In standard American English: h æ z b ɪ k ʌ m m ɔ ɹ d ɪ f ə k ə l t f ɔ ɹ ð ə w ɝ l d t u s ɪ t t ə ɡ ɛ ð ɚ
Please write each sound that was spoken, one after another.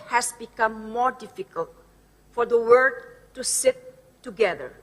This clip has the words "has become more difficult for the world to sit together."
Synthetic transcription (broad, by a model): h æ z b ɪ k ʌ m m ɔ ɹ d ɪ f ə k ə l t f ɔ ɹ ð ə w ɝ d t u s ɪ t t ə ɡ ɛ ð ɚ